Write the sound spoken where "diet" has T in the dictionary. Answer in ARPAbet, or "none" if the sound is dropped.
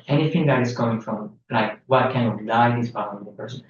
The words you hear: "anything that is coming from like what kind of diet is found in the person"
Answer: none